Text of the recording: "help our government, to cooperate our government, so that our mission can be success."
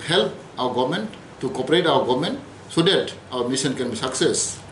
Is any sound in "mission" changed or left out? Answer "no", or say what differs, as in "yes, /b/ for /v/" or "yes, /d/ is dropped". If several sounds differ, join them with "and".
yes, /s/ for /ʃ/